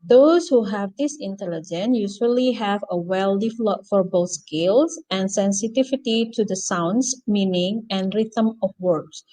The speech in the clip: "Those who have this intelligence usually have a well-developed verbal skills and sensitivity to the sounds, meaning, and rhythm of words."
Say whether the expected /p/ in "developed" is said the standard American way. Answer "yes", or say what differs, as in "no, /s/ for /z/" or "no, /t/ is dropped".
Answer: no, /p/ is dropped